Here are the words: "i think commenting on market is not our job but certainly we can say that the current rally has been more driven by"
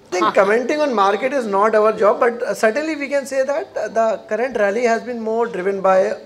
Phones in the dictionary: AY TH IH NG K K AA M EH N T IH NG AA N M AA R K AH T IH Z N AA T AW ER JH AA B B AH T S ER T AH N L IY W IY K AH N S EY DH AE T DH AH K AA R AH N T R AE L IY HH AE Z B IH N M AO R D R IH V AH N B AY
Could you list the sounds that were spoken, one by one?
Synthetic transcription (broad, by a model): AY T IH NG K K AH M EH N T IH NG AA N M AA R K AH T IH Z N AA T AW ER JH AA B B AH T S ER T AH N L IY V IY K AH N S EY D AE T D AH K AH R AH N T R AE L IY HH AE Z B IH N M AO R D R IH V AH N B AY